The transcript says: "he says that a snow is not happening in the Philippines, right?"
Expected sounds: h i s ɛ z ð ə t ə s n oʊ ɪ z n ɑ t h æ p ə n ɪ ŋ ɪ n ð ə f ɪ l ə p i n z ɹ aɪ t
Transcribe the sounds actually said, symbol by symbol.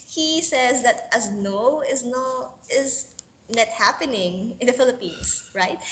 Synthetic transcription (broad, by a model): h i s ɛ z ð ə t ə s n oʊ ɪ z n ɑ t h æ p ə n ɪ ŋ ɪ n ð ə f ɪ l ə p i n s ɹ aɪ t